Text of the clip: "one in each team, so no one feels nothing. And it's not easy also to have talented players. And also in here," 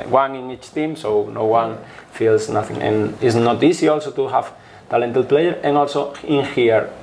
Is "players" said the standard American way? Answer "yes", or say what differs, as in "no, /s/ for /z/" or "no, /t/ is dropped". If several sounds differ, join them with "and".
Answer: no, /z/ is dropped